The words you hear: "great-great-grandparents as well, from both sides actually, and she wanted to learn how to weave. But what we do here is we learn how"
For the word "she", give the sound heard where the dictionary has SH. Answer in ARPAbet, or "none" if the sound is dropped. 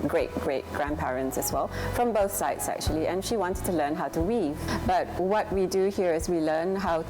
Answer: SH